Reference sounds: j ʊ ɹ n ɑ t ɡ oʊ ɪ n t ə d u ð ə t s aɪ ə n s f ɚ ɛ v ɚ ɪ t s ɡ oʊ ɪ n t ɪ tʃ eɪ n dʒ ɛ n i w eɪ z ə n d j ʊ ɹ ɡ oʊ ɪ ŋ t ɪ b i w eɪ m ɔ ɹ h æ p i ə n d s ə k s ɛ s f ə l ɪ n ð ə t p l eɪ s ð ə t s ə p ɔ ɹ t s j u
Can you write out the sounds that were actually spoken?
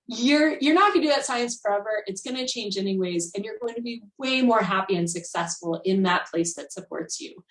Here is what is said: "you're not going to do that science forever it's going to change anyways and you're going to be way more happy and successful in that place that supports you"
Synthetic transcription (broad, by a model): j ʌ ɹ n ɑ t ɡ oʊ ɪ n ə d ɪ ð ə t s aɪ ə n s f ɚ ɛ v ɚ ɪ t s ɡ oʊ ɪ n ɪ tʃ eɪ n dʒ ɛ n i w eɪ z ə n j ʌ ɹ ɡ oʊ ɪ ŋ t ɪ b i w eɪ m ɔ ɹ h æ p i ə n s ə k s ɛ s f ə l ɪ n ð ə t p l eɪ s ð ə t s ə p ɔ ɹ t s j u